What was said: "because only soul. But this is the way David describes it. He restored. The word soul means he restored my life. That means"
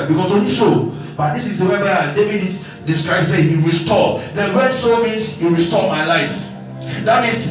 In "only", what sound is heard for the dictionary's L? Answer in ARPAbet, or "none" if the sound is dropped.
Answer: none